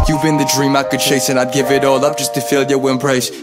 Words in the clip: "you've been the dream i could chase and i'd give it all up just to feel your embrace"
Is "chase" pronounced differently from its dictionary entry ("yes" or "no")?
yes